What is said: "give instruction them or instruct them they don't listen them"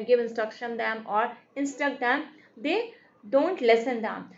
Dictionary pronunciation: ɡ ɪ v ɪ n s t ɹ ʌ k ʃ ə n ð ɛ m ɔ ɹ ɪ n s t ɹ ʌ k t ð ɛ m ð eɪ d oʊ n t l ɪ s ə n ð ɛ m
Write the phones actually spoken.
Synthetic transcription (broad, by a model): ɡ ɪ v ɪ n s t ɹ ʌ k ʃ ə n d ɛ m ɔ ɹ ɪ n s t ʌ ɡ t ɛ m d eɪ d oʊ n t l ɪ s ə n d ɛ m